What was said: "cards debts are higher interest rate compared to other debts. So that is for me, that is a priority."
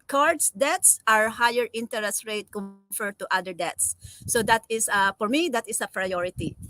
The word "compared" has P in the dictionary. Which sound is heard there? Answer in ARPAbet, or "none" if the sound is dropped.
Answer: F